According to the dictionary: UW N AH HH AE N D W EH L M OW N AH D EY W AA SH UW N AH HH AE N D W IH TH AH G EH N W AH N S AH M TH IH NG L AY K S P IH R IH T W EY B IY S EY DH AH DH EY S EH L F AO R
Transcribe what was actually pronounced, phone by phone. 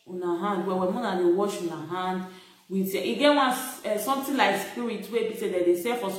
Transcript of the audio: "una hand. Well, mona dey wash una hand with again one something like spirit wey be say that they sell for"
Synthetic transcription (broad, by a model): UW N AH HH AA N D W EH W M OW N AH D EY W AA SH UW N AH HH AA N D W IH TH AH G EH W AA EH S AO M T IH L AY K S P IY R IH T W EY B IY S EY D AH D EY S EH F AO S